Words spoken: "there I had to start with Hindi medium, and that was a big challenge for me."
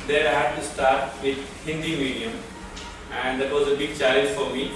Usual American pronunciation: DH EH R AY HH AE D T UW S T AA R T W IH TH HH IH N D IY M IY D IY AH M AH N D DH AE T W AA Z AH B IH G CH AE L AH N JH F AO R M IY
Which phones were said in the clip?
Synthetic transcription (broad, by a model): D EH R AY HH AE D T UW S T AA R T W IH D HH IH N D IY M IY D IY AH M AH N D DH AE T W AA Z AH B IH G CH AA AH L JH F AO R M IY